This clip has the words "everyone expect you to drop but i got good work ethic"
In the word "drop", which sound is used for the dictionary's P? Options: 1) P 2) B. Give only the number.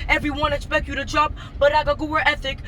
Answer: 2